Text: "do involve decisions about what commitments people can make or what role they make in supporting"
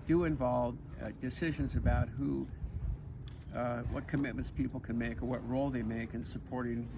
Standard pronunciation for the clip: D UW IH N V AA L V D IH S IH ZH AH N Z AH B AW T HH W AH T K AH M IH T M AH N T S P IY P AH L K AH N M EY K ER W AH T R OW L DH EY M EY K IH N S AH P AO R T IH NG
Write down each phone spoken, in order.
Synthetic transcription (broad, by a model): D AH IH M V AA L V D IH S IH ZH AH N Z AH B AW T HH W AH T K AH M IH T M AH N T S P IY P L K AH N M EY K ER W AH T R OW L DH EY M EY K IH N S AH P AO R T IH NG